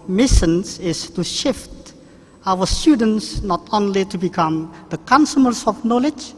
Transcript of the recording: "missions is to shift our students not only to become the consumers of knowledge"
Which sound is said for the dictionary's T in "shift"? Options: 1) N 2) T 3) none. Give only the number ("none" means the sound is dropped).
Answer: 2